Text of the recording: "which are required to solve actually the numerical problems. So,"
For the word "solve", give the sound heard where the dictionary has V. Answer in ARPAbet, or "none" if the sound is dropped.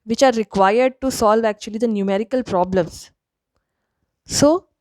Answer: V